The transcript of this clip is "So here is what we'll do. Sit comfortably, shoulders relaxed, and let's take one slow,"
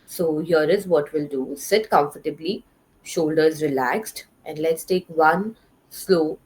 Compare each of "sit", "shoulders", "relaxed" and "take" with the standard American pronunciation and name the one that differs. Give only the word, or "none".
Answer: none